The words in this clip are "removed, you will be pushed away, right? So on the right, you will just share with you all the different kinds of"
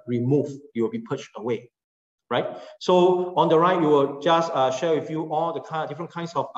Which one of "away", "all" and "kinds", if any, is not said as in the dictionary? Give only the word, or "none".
kinds